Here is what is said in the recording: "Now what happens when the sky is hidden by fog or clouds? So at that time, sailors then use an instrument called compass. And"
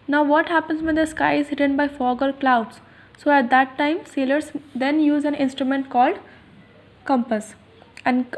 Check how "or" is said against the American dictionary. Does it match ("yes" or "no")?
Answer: no